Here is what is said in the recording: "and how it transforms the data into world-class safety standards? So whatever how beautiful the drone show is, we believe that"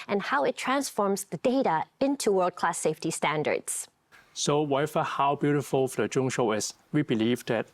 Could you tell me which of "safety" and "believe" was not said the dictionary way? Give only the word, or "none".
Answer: none